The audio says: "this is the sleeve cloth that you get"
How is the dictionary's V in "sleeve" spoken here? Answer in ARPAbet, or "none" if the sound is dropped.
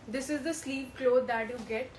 P